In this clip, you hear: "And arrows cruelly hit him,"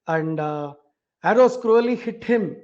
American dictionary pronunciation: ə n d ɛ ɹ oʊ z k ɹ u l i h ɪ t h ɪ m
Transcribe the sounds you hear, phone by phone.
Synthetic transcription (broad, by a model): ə n d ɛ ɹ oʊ s k ɹ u l i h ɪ t h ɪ m